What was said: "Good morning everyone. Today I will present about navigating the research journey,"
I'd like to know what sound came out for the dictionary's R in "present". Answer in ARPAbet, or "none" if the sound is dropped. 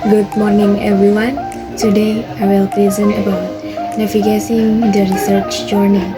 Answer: L